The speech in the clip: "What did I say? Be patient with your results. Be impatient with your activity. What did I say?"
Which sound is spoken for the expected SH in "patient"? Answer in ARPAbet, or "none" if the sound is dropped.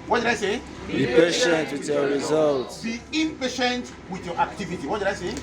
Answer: SH